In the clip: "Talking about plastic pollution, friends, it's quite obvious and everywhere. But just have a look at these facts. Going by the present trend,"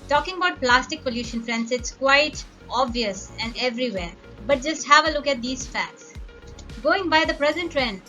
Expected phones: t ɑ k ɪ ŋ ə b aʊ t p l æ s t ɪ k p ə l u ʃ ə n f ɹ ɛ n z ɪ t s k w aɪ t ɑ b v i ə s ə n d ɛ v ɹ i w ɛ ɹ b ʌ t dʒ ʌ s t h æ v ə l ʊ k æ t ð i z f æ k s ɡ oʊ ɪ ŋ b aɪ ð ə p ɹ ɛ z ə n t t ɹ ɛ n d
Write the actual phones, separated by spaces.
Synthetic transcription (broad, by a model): t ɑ k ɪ ŋ ə b aʊ t p l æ s t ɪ k p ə l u ʃ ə n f ɹ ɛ n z ɪ t s k w aɪ t ɑ b v i ə s ə n d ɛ v ɹ i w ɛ ɹ b ʌ t dʒ ʌ s t h æ v ə l ʊ k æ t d i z f æ k s ɡ oʊ ɪ ŋ b aɪ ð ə p ɹ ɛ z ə n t t ɹ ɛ n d